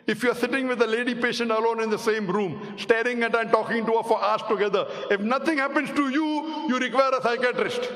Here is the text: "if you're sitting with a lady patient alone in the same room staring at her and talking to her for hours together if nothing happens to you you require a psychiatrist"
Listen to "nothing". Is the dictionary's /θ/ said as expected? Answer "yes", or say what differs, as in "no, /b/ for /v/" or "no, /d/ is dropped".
no, /t/ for /θ/